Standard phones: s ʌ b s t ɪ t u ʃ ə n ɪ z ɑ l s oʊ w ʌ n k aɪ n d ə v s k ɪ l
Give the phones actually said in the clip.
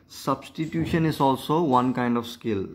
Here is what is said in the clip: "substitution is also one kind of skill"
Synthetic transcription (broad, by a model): s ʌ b s t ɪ t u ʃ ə n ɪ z ɑ l s oʊ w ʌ n k aɪ n d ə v s k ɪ l